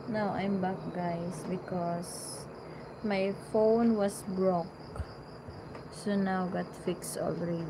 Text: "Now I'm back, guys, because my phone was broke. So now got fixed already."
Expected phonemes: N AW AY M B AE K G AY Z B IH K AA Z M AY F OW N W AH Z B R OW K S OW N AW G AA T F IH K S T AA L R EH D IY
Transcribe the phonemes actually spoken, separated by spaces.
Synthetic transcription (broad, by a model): N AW AY M B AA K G AY S B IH K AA S M AY F OW N W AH S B R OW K S OW N AW G AA T F IH K S T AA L R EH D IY